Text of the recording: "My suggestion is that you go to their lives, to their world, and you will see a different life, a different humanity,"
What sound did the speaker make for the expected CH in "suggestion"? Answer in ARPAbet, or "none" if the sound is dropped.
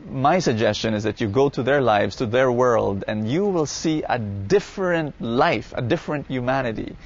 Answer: CH